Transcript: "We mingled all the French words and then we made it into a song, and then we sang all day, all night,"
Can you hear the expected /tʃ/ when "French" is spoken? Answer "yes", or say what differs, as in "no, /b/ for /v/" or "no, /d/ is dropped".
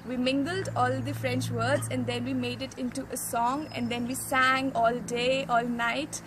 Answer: yes